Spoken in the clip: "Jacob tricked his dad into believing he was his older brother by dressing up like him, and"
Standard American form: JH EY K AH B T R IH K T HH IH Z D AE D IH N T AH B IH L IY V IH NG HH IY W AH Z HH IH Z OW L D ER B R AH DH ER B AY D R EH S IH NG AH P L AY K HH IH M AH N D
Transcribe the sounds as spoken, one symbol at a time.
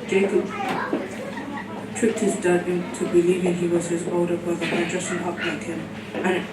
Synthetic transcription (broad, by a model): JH EY K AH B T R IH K T HH IH Z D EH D IH N T AH B IH L IY V IH NG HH IY W AH Z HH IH Z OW D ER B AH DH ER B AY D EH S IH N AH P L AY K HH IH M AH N